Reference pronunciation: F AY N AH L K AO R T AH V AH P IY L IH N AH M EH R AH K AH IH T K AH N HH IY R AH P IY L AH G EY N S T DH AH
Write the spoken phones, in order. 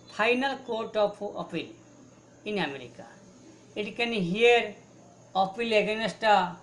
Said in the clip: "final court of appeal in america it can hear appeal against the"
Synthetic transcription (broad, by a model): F AY N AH L K AO R T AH P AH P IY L IH N AH M EH R AH K AH IH T K AH N HH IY R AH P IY L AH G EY N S T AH